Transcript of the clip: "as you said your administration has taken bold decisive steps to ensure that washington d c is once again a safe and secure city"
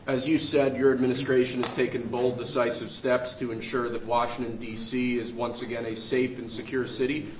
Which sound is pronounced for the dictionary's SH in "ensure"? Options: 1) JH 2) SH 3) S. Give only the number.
2